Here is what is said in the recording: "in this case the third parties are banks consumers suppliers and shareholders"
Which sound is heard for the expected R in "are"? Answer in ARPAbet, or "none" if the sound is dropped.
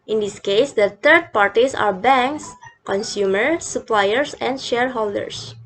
R